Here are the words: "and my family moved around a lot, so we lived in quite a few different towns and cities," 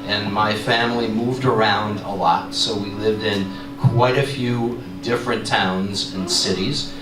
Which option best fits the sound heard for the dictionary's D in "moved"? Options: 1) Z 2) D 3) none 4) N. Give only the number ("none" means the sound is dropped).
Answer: 2